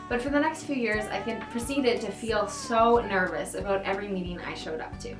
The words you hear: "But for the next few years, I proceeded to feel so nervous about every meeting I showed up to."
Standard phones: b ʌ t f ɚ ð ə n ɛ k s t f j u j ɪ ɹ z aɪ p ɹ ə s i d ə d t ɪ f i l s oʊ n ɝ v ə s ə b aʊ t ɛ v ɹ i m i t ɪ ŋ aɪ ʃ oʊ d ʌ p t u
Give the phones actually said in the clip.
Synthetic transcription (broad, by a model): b ʌ t f ɚ ð ə n ɛ k s t f j u j ɪ ɹ z aɪ p ɹ ə s i d ə d t ɪ f i l s oʊ n ɝ v ə s ə b aʊ t ɛ v ɹ i m i t ɪ ŋ aɪ ʃ oʊ d ʌ p t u